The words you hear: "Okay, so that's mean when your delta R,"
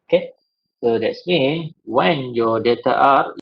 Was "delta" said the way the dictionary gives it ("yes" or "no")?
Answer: no